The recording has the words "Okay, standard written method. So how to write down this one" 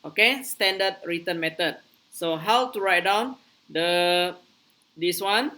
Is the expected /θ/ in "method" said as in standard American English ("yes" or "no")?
no